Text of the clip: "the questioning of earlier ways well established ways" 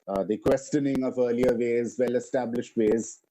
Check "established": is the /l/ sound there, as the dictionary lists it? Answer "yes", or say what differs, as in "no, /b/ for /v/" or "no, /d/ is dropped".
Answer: yes